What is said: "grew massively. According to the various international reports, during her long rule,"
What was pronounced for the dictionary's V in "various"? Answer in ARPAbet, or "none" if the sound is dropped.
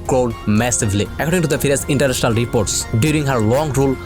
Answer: F